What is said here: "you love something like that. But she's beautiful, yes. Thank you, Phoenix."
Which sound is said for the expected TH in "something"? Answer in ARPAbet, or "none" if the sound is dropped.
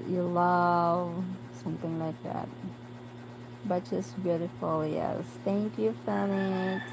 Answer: TH